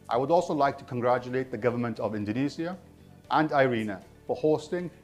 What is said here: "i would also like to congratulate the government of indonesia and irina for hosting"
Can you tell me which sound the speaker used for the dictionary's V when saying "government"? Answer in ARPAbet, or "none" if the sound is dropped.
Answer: V